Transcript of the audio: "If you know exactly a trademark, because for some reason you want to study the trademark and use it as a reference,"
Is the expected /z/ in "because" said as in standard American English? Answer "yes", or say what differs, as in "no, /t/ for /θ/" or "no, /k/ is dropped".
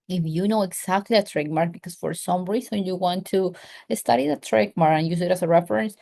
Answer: no, /s/ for /z/